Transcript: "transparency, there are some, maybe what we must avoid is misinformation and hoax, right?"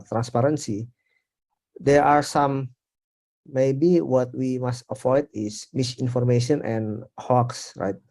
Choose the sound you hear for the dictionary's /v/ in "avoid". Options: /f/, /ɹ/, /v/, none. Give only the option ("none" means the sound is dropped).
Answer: /f/